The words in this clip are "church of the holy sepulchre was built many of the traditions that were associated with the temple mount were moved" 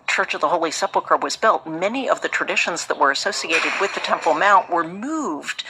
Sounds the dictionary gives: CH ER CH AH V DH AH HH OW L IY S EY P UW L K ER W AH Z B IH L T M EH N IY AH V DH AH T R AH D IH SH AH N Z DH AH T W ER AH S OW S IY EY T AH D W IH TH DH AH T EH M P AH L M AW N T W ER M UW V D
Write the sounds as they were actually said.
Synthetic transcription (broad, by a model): CH ER CH AH V DH AH HH OW L IY S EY P L K ER W AH Z B IH L T M EH N IY AH V DH AH T R AH D IH SH AH N Z DH AH T W ER AH S OW S IY EY T AH D W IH DH AH T EH M P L M AW N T W ER M UW V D